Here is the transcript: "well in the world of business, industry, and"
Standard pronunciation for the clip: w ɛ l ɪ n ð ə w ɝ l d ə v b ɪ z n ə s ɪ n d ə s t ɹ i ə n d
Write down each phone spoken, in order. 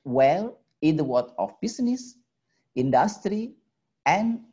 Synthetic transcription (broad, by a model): w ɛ l ɪ n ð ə w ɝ d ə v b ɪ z n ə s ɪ n d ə s t ɹ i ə n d